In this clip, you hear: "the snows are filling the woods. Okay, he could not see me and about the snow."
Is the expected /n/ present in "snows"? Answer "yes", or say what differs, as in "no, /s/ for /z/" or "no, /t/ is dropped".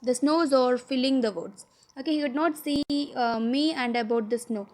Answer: yes